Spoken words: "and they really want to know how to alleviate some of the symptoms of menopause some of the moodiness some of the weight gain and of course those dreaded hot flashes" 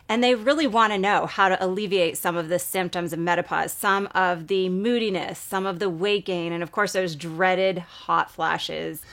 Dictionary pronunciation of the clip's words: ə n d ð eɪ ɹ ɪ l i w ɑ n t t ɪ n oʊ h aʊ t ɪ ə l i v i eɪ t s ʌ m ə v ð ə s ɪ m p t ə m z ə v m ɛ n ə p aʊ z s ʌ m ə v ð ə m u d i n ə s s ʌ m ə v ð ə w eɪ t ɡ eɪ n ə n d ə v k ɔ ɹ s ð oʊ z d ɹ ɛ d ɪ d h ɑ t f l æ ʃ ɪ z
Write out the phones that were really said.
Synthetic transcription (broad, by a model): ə n ð eɪ ɹ ɪ l i w ɑ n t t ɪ n oʊ h aʊ t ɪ ə l i v i eɪ t s ʌ m ə v ð ə s ɪ m p t ə m z ə v m ɛ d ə p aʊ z s ʌ m ə v ð ə m u d i n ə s s ʌ m ə v ð ə w eɪ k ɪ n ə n ə v k ɔ ɹ s ð oʊ z d ɹ ɛ d ɪ d h ɑ t f l æ ʃ ɪ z